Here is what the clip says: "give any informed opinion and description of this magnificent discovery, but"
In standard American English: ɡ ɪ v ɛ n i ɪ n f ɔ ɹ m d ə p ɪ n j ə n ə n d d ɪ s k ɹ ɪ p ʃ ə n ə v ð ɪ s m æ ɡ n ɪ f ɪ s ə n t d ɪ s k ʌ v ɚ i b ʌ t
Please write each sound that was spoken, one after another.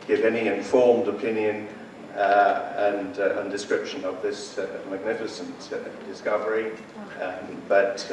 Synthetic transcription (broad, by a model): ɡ ɪ v ɛ n i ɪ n f ɔ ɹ m d ə p ɪ n j ə n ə n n d ɪ s k ɹ ɪ p ʃ ə n ə v ð ɪ s m æ ɡ n ɪ f ɪ s ə n t d ɪ s k ʌ v ɚ i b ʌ t